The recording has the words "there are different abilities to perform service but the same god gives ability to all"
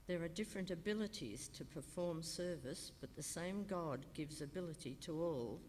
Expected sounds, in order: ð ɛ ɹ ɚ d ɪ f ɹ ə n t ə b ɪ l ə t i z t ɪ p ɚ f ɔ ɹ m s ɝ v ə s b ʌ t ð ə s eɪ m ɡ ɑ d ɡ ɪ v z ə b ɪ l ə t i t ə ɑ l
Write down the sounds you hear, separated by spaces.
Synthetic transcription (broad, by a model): ð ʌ ɹ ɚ d ɪ f ɹ ə n t ə b ɪ l ə t i z t ɪ p ɚ f ɔ ɹ m s ɝ v ə s b ʌ t ð ə s eɪ m ɡ ɑ d ɡ ɪ v z ə b ɪ l ə t i t ə ɑ l